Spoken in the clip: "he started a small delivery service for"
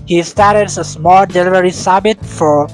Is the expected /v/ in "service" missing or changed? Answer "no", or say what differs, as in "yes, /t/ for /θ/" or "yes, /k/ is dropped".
yes, /b/ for /v/